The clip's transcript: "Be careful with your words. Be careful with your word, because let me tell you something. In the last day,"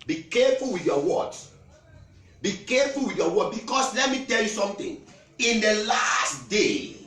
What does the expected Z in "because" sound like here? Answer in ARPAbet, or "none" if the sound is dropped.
S